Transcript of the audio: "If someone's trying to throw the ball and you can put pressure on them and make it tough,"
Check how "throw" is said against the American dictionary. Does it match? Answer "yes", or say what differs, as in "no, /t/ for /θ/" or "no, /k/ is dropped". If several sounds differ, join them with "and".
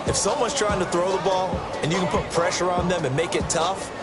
yes